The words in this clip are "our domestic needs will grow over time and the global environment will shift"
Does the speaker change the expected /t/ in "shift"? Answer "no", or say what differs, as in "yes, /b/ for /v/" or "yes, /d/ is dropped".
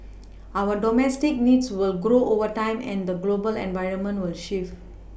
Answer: yes, /t/ is dropped